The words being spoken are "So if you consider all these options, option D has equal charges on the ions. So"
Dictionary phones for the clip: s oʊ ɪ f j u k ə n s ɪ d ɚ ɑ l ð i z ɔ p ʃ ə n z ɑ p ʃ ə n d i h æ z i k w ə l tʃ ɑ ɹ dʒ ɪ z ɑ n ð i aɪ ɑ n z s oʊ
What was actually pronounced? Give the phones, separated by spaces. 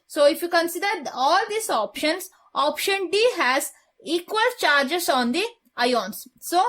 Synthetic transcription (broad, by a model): s oʊ ɪ f j u k ə n s ɪ d ɚ ɑ l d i s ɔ p ʃ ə n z ɑ p ʃ ə n d i h æ z i k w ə l tʃ ɑ ɹ dʒ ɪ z ɑ n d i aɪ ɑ n s oʊ